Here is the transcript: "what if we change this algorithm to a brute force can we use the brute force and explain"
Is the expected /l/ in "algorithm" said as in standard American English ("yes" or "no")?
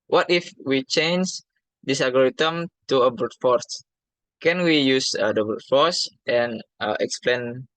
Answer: no